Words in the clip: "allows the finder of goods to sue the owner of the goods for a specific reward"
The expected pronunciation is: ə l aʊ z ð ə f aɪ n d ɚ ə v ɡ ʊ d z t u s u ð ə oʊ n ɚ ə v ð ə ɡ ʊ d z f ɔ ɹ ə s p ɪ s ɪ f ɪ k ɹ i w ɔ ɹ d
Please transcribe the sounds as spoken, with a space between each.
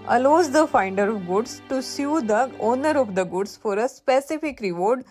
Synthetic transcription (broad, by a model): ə l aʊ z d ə f aɪ n d ɚ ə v ɡ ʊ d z t u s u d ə oʊ n ɚ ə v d ə ɡ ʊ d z f ɔ ɹ ə s p ɪ s ɪ f ɪ k ɹ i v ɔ ɹ d